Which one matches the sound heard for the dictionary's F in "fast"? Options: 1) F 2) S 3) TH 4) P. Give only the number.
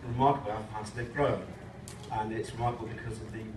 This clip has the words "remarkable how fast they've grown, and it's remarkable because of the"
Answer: 4